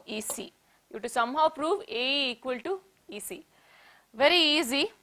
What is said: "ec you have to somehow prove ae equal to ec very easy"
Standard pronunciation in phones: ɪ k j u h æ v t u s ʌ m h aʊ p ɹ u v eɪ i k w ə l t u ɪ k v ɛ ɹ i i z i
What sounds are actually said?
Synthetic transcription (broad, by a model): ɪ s j u t u s ʌ m h aʊ p ɹ u v eɪ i k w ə l t u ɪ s v ɛ ɹ i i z i